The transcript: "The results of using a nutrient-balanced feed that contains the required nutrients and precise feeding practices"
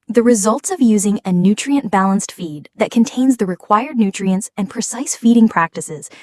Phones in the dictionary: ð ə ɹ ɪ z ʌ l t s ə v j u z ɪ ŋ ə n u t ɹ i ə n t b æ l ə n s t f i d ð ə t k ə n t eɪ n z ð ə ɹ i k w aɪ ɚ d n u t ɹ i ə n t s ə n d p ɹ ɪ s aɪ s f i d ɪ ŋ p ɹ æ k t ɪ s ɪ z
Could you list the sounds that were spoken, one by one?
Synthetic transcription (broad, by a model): ð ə ɹ ɪ z ʌ l t s ə v j u z ɪ ŋ ə n u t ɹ i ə n b æ l ə n s t f i d ð ə t k ə n t eɪ n z ð ə ɹ i k w aɪ ɚ d n u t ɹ i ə n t s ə n p ɹ ɪ s aɪ s f i d ɪ ŋ p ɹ æ k t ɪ s ɪ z